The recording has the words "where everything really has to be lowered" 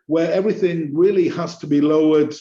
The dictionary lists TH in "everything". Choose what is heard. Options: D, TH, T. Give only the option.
TH